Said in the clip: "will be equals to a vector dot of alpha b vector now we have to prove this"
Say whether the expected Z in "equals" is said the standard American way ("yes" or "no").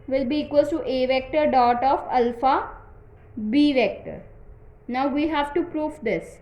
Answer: no